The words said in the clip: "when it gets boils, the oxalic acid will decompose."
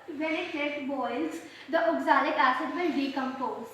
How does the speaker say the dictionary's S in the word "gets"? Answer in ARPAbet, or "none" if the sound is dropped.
none